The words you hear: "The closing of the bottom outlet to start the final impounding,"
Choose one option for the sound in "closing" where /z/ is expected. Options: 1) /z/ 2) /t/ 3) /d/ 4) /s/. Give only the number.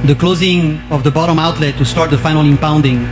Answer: 1